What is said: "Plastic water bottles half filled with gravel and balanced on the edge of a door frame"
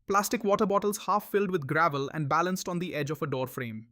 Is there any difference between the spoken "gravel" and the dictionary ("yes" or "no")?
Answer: no